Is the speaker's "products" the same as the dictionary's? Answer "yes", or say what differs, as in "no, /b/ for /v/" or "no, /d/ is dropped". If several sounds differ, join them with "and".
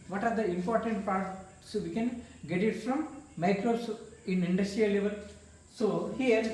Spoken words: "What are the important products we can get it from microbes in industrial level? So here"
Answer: no, /ɹ/ is dropped